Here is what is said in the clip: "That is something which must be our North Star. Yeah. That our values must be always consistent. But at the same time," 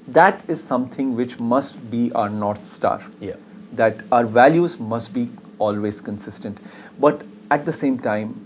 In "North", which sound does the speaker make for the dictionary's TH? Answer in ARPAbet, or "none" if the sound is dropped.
T